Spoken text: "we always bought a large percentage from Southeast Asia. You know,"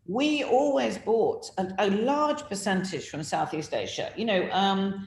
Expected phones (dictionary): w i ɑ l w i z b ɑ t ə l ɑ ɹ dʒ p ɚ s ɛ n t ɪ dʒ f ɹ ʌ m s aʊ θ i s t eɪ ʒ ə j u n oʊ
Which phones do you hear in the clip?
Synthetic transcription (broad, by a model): w i ɑ l w i z b ɑ t ə l ɑ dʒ p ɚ s ɛ n t ɪ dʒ f ɹ ʌ m s aʊ θ i s t eɪ ʃ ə j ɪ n oʊ